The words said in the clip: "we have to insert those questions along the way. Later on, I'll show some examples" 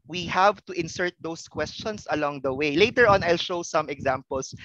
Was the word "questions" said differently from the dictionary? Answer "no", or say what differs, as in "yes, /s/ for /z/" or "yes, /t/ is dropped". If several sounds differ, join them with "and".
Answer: yes, /s/ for /z/